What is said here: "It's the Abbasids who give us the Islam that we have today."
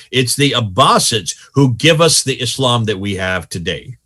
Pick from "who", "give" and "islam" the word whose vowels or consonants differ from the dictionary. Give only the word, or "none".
none